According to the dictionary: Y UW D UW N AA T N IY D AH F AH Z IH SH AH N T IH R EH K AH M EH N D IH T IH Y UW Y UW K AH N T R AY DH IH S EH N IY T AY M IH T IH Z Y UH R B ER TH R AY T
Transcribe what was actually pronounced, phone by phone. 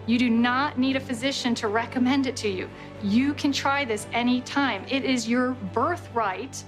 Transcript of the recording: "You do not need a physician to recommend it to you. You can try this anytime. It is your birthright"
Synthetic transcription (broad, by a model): Y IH D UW N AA T N IY D AH F AH Z IH SH AH N T IH R EH K AH M EH N D IH T IH Y UW Y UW K AH N T R AY DH IH S EH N IY T AY M IH T IH Z Y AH R B ER TH R AY T